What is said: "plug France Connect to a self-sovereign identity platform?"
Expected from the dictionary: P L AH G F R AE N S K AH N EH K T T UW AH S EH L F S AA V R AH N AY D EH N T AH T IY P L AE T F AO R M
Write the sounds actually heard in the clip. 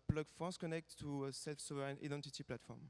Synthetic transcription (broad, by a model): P L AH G F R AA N S K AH N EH K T T UW AH S EH L F S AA V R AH N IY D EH N T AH T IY P L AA T F AO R M